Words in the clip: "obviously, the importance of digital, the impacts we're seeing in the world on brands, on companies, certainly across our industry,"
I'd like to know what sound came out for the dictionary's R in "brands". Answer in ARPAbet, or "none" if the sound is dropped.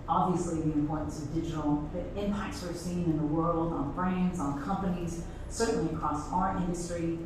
R